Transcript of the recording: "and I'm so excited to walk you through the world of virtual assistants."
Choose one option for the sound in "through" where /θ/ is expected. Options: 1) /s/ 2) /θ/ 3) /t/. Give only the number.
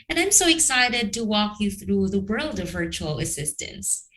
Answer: 2